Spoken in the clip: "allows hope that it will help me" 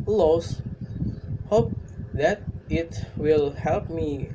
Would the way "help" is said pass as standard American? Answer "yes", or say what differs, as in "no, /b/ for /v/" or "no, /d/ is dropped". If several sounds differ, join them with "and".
yes